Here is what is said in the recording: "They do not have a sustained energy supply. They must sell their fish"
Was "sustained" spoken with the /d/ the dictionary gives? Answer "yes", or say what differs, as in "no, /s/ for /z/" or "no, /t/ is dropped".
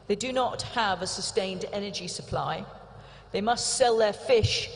yes